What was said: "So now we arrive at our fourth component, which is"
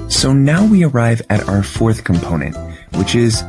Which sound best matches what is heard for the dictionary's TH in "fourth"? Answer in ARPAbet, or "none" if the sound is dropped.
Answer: TH